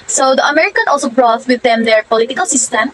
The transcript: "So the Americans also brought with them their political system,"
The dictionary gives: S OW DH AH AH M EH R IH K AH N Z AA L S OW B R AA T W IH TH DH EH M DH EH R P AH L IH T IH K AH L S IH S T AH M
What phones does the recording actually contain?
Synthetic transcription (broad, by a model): S OW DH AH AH M EH R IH K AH N AA L S OW B R AA T W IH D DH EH M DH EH R P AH L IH T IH K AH L S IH S T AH M